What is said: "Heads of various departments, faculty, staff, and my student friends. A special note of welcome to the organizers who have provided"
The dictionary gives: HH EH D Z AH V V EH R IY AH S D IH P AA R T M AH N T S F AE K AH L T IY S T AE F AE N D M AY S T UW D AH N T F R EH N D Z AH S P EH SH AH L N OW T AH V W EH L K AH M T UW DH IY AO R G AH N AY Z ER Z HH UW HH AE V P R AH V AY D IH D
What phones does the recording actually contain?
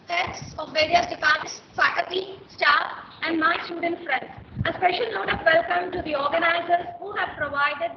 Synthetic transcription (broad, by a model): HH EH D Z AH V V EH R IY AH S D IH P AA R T AH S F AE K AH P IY S T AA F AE N D M AY S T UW D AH N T F R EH N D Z AH S P EH SH AH L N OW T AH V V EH L K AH M T UW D IY AO R G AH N AY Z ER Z HH UW HH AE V P R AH V AY D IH D